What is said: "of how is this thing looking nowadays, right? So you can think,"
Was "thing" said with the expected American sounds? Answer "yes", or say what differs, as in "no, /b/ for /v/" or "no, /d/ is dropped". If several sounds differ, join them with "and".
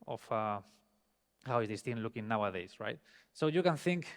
no, /t/ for /θ/